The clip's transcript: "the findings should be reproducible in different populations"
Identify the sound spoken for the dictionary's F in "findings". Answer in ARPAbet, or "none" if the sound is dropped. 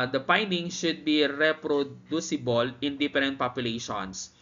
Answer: P